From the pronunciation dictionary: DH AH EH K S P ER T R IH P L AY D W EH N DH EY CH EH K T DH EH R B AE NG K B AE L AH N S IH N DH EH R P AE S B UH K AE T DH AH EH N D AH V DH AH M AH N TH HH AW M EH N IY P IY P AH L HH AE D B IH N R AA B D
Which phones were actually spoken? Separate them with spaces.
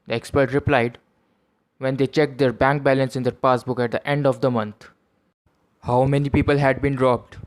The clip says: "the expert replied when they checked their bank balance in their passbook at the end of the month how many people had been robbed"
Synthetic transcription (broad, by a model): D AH EH K S P ER T R IH P L AY D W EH N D EY CH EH K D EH R B AE NG K B AE L AH N S IH N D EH R P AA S B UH K AE T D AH EH N D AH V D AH M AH N T HH AW M EH N IY P IY P AH L HH AE D B IH N R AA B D